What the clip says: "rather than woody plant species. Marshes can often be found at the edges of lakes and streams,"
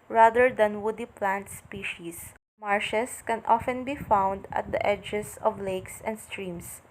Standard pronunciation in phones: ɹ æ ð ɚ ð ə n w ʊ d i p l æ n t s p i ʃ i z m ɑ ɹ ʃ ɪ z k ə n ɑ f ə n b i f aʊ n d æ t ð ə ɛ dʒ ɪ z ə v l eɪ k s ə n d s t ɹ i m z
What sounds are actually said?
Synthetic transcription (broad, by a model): ɹ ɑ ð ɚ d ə n w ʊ d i p l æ n t s p i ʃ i s m ɑ ɹ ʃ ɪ s k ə n ɑ f ə n b i f aʊ n d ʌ t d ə ɛ dʒ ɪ s ə v l eɪ k s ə n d s t ɹ i m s